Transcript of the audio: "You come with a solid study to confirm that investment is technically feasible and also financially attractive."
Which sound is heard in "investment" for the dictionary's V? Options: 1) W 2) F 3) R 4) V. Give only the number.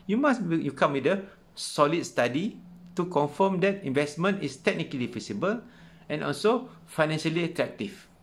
4